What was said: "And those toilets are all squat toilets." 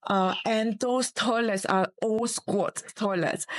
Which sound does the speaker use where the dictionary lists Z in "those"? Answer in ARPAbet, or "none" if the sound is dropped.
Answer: S